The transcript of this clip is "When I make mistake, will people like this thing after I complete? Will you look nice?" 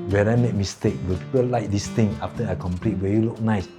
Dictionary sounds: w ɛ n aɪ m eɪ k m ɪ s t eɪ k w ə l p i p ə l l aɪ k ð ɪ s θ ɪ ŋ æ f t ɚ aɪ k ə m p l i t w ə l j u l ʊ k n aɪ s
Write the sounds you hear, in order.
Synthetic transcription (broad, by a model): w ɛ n aɪ m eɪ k m ɪ s t eɪ k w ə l p i p ə l l aɪ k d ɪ s t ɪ ŋ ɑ f t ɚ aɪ k ə m p l i t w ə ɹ j u l ʊ k n aɪ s